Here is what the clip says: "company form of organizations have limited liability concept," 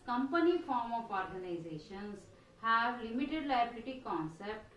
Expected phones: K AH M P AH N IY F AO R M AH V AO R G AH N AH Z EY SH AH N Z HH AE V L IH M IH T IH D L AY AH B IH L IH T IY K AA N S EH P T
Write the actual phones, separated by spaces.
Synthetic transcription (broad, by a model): K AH M P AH N IY F AO R M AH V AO R G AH N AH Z EY SH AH N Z HH AE V L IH M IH T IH D L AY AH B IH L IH T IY K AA N S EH P T